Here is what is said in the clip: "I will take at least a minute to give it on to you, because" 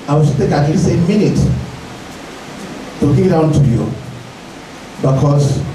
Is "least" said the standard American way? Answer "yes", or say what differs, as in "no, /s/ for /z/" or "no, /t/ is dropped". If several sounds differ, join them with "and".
no, /t/ is dropped